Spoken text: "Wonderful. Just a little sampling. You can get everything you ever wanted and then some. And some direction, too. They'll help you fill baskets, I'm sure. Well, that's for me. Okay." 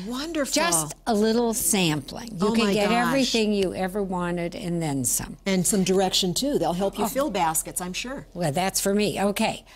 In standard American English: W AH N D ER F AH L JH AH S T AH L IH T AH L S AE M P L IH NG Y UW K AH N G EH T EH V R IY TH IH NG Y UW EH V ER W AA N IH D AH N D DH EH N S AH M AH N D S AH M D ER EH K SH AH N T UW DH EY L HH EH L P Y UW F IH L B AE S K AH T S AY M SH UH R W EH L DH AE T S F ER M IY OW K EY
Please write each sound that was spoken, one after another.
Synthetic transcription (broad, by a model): W AH N D ER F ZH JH AH S T AH L IH T L S AE M P L IH NG Y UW K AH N G EH T EH V R IY TH IH NG Y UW EH V ER W AA N IH D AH N DH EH N S AH M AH N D S AH M D ER EH K SH AH N T UW DH EY L HH EH L P Y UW F IH L B AE S K AH T S AY M SH UH R W EH L DH AE T S F ER M IY OW K EY